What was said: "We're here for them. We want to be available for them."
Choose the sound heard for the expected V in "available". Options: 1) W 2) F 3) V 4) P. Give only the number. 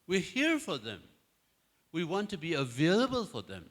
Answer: 3